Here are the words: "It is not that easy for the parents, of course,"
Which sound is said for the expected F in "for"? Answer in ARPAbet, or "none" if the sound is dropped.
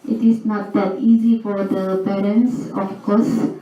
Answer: F